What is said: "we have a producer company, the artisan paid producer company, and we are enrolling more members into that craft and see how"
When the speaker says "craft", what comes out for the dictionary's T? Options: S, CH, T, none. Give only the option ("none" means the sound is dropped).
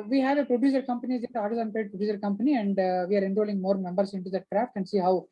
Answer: T